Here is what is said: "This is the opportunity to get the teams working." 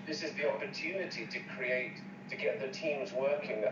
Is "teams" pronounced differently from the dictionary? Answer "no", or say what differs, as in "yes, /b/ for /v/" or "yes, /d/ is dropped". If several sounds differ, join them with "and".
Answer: no